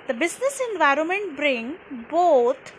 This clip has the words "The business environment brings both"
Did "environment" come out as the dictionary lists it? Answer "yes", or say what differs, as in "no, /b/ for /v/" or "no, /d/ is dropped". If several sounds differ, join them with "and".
yes